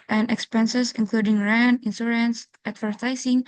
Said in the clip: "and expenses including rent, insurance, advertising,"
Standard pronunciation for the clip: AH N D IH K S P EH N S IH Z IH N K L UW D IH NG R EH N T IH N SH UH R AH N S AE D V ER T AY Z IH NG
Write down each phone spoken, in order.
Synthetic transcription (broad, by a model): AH N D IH K S P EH N S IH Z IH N K L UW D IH NG R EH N IH N S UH R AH N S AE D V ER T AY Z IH NG